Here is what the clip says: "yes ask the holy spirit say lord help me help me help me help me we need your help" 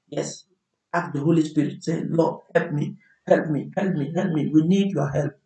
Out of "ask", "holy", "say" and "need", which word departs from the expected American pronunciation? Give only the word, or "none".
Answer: ask